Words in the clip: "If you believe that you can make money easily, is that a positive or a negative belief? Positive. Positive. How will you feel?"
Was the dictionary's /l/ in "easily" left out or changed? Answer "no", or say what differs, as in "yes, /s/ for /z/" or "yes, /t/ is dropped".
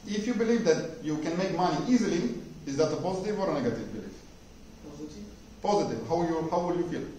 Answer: no